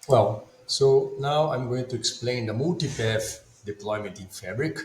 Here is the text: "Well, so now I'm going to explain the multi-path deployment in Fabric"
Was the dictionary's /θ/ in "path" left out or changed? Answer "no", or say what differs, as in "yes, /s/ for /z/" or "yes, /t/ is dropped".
yes, /f/ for /θ/